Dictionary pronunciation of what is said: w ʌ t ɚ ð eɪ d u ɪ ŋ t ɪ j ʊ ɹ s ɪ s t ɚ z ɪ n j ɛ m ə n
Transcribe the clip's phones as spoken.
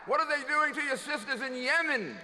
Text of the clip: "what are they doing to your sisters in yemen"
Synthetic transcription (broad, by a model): w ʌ t ɚ ð eɪ d u ɪ ŋ t ɪ j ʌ ɹ s ɪ s t ɚ z ɪ n j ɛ m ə n